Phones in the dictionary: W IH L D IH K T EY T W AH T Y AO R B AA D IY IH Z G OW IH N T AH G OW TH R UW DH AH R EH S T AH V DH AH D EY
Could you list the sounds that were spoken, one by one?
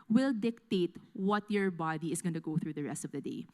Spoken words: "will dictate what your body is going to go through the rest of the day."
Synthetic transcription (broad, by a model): W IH L D IH K T EY T W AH T Y AO R B AA D IY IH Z G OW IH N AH G OW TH R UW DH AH R EH S T AH V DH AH D EY